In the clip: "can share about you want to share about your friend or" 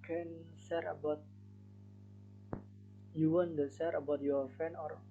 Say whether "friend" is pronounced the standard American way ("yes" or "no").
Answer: no